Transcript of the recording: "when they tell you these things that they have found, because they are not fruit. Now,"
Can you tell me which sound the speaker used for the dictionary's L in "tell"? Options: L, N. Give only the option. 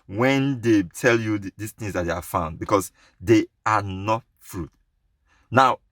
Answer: L